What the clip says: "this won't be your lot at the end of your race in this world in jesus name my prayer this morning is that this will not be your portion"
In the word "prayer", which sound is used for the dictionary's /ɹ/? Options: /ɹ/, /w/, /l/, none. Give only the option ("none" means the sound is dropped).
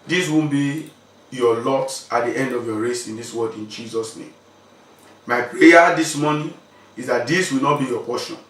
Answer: none